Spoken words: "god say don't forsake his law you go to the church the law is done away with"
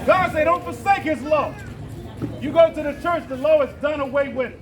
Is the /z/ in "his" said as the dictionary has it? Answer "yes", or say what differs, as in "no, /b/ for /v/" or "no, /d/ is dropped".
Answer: yes